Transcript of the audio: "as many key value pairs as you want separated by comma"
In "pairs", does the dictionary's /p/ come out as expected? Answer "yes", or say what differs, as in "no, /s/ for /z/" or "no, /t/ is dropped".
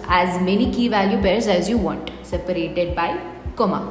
no, /b/ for /p/